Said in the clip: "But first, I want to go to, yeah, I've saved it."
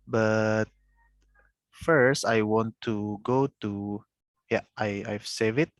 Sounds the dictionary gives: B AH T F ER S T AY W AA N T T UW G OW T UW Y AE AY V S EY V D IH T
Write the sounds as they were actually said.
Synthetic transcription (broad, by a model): B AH T F ER S T AY W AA N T T UW G OW T UW Y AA AY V S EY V IH T